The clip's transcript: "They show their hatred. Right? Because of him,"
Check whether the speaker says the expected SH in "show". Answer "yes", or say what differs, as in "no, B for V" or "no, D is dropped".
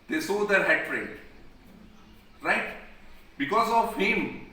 no, S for SH